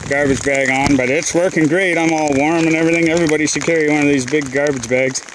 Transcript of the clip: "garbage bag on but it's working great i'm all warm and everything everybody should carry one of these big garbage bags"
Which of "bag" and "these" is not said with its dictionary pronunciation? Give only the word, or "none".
none